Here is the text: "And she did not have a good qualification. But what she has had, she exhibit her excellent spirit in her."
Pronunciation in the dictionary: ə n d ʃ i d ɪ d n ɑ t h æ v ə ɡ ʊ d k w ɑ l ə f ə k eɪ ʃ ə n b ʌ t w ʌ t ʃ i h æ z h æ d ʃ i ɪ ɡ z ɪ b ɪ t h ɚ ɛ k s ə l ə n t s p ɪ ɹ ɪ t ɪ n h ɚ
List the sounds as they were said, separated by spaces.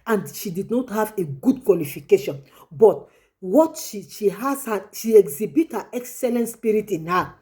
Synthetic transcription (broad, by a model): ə n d ʃ i d ɪ d n ɑ t h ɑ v ə ɡ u d k w ɑ l ə f ə k eɪ ʃ ə n b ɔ t w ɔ t ʃ i h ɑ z h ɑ ʃ i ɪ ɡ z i b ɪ t h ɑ ɛ k s ə l ə n t s p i ɹ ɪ t ɪ n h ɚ